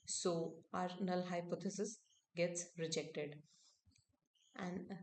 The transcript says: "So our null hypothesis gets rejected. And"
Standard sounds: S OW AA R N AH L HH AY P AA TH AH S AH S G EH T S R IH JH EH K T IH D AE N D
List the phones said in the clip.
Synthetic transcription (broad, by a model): S OW AA R N AH L HH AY P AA T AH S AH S G EH T S R IH JH EH K T IH D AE N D